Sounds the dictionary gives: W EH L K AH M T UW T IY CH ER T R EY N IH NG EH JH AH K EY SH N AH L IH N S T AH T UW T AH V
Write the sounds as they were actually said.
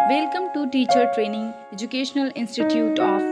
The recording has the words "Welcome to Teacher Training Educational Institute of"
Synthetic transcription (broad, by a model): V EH L K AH M T UW T IY CH ER T R EY N IH NG EH JH AH K EY SH N AH L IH N S T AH T UW T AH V